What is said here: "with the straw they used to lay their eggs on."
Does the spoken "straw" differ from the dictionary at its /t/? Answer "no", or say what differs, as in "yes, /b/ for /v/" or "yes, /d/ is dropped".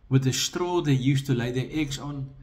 no